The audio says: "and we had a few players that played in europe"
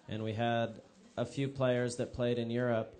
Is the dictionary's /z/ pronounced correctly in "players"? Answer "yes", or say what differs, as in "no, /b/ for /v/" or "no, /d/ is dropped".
yes